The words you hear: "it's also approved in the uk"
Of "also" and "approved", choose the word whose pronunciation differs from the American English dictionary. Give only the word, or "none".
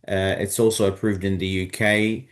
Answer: none